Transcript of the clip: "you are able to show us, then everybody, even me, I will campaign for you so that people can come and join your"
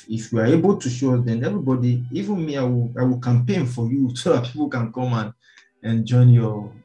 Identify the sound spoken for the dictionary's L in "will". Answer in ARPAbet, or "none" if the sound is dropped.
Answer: W